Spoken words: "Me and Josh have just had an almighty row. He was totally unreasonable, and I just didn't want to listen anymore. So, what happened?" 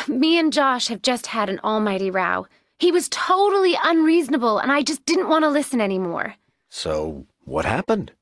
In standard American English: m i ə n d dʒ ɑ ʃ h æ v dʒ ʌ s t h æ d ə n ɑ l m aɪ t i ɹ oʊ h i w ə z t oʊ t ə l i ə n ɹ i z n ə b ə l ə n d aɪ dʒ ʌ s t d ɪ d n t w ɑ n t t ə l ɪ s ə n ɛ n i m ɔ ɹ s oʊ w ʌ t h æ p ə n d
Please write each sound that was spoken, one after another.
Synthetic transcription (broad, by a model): m i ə n dʒ ɑ ʃ h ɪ v dʒ ʌ s t h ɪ d ə n ɑ l m aɪ t i ɹ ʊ h i w ə z t oʊ t l i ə n ɹ i z n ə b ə l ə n aɪ dʒ ʌ s d ɪ d n t w ɑ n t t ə l ɪ s ə n ɛ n i m ɔ ɹ s oʊ w ʌ t h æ p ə n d